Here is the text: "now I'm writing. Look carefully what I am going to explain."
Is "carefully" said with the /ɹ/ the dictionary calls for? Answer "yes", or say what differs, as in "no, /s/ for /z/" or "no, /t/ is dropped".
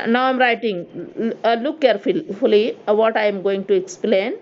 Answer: no, /l/ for /ɹ/